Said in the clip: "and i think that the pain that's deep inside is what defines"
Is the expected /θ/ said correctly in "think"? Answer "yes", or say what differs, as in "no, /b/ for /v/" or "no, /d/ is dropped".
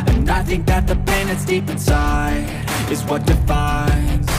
yes